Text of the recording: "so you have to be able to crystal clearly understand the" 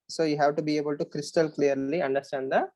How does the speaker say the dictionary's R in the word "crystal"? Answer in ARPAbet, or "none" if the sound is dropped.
R